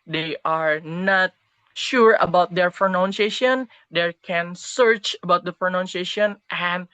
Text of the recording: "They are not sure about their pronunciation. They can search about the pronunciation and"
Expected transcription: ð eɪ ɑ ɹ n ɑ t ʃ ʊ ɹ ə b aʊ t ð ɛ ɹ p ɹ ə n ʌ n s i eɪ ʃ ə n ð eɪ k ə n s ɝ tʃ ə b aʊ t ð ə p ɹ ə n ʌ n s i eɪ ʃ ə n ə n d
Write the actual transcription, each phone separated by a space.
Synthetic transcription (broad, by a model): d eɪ ɑ ɹ n ɑ t ʃ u ɹ ə b aʊ t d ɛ ɹ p ɹ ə n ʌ n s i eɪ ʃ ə n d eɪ k ə n s ɝ tʃ ə b aʊ t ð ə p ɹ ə n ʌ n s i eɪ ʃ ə n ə n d